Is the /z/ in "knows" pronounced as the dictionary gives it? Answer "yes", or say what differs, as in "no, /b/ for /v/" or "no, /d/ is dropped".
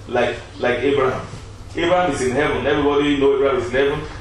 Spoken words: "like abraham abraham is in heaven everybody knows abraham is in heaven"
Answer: no, /z/ is dropped